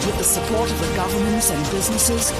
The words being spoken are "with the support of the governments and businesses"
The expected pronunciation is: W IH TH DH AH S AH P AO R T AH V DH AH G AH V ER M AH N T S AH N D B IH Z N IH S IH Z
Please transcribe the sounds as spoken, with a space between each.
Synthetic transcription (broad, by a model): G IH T DH AH S AH P AO R T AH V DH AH G AH V ER M AH N T S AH N B IH Z N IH S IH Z